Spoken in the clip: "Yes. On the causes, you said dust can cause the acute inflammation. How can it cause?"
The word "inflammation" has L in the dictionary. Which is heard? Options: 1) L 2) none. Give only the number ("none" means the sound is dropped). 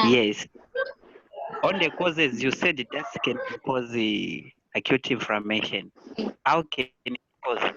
2